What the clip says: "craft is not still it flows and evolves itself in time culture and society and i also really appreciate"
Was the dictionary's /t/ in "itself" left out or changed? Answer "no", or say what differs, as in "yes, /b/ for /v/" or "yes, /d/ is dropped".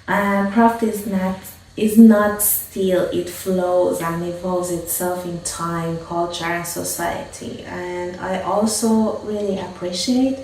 no